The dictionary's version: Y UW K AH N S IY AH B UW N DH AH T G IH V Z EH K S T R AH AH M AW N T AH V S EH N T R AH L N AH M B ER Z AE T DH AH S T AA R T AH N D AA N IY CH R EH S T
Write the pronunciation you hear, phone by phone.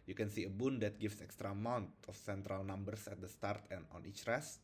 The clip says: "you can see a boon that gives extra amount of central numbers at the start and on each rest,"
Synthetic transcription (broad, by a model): Y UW K AH N S IY AH B UW N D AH T G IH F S EH K S T R AH AH M AW N T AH F S EH N T R AH L N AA M B ER S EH T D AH S T AA R T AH N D AA N IY CH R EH S